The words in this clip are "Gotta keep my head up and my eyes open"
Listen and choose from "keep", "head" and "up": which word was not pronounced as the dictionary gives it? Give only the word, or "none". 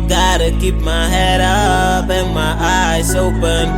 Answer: up